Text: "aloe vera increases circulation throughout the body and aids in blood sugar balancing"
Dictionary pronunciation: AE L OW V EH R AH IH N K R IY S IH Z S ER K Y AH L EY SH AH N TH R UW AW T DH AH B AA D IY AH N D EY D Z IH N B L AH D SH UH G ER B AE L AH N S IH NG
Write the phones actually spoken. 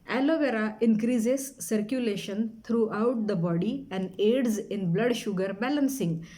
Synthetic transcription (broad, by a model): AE L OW V EH R AH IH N K R IY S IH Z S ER K Y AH L EY SH AH N T R UW AW T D AH B AA D IY AH N D EY D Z IH N B L AH D SH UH G ER B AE L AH N S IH NG